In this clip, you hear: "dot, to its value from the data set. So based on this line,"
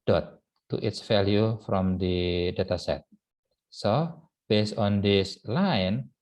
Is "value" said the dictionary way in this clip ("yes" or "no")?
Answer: no